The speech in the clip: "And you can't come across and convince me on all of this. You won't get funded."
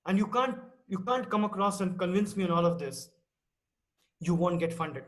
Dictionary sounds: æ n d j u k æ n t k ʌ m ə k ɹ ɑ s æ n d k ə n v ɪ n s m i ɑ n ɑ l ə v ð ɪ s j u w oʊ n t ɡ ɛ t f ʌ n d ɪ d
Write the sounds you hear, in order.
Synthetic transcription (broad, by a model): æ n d j u k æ n t k ʌ m ə k ɹ ɑ s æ n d k ə n v ɪ n s m i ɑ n ɑ l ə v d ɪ s j u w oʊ n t ɡ ɛ t f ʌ n d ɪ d